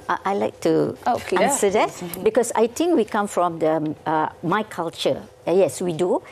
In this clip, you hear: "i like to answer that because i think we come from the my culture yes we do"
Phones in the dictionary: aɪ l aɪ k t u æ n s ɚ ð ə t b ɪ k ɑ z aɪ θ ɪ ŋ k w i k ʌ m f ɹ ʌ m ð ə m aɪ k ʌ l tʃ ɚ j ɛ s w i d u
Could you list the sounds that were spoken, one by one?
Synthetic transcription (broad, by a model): aɪ l aɪ k t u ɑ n s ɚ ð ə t b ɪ k ɑ s aɪ t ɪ ŋ k w i k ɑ m f ɹ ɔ m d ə m aɪ k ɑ l tʃ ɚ j ɛ s w i d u